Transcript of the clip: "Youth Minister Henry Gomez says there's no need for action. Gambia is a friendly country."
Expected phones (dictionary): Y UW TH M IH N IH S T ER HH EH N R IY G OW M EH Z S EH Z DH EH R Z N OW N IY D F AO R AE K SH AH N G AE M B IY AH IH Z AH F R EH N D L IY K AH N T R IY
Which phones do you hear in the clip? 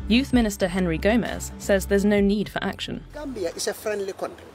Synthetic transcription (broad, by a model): Y UW TH M IH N IH S T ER HH EH N R IY G OW M EH Z S EH Z DH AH Z N OW N IY D F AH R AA K SH AH N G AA M B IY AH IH S AH F R EH N D L IY K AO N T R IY